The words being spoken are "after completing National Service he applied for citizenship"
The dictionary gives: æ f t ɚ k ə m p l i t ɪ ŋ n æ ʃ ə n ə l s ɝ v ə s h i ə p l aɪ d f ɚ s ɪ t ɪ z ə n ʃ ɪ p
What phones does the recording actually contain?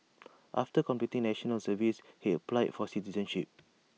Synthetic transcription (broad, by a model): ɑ f t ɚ k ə m p i t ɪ ŋ n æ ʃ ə n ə l s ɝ v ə s h i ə p l aɪ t f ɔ s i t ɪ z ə n ʃ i p